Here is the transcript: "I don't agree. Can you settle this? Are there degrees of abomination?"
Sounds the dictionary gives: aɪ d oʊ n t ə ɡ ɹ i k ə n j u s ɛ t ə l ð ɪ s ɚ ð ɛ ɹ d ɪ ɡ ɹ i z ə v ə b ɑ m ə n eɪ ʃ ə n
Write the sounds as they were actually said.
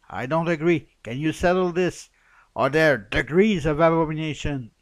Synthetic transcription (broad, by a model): aɪ d oʊ n t ə ɡ ɹ i k ə n j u s ɛ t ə l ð ɪ s ɚ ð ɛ ɹ d ɪ ɡ ɹ i z ə v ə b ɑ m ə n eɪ ʃ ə n